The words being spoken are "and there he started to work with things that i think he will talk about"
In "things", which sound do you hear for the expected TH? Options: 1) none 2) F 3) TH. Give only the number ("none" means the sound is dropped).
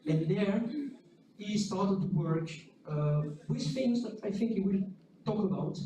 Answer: 2